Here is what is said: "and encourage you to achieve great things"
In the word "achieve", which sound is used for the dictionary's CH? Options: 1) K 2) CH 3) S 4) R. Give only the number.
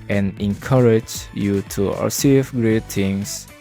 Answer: 3